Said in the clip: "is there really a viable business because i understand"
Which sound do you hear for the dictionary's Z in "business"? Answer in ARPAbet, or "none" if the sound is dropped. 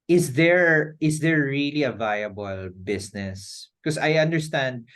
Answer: S